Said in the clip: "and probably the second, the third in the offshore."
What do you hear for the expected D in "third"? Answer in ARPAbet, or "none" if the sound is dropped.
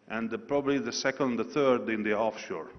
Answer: D